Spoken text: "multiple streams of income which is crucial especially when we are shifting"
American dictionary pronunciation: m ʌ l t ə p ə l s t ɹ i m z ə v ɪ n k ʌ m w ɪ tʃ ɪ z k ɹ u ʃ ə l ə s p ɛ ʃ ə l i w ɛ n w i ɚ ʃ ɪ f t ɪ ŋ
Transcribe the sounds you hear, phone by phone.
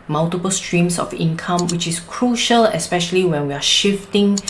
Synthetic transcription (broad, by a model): m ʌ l t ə p ə l s t ɹ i m s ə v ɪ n k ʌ m w ɪ tʃ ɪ s k ɹ u ʃ ə l ə s p ɛ ʃ ə l i w ɛ n w i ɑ ʃ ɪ f t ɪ ŋ